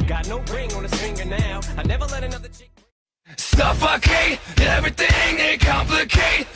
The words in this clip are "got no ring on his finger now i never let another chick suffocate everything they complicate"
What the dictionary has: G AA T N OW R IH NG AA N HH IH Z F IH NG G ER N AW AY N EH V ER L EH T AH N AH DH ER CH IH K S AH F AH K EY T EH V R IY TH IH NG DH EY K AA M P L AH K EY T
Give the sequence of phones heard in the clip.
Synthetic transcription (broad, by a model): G AA T N OW R IH NG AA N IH S F IH NG G ER N AW AY N EH V ER L EH T AH N AH DH ER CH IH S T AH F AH K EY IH EH V R IY TH IH NG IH K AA M P L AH K EY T